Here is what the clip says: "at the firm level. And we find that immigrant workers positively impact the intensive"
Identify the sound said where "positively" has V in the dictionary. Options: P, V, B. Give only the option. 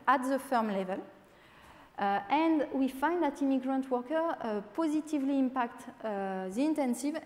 V